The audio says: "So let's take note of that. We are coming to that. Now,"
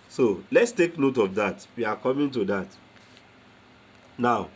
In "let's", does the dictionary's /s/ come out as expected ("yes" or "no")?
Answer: yes